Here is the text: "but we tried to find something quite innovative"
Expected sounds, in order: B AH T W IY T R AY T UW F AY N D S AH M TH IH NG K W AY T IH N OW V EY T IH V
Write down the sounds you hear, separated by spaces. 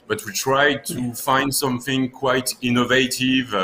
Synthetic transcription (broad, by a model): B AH T W IY T R AY T UW F AY N D S AH M TH IH NG K W AY T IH N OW V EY T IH V